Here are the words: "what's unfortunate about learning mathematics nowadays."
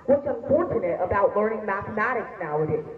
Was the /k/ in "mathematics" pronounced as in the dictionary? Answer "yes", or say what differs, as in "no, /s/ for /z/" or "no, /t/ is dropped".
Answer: yes